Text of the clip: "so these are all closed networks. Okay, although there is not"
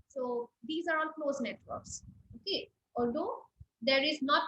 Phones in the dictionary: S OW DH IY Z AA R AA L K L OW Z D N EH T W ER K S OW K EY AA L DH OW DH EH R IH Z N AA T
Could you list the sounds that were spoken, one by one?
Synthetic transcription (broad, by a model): S OW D IY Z AA R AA N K L OW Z N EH T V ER K S OW K EY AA L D OW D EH R IH Z N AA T